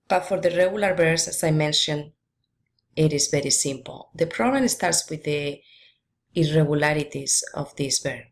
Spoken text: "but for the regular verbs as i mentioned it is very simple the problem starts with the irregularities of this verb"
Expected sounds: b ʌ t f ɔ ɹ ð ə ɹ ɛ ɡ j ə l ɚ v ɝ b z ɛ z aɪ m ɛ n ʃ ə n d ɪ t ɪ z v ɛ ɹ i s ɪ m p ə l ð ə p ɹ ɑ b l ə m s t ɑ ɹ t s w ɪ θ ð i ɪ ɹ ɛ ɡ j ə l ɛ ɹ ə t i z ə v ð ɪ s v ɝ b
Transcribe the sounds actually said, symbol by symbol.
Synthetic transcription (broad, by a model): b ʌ t f ɔ ɹ ð ə ɹ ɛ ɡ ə l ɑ b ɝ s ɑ s aɪ m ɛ n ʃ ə n ɪ t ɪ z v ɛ ɹ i s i m p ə l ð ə p ɹ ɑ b l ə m s t ɑ ɹ t s w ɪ ð i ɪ ɹ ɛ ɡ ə l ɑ ɹ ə t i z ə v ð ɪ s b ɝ